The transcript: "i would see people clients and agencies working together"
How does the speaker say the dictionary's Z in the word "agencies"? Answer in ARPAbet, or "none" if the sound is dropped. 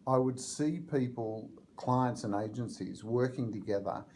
Z